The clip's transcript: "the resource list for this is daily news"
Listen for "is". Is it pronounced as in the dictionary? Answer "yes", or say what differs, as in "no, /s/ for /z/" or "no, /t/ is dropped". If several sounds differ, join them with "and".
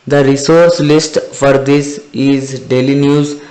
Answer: yes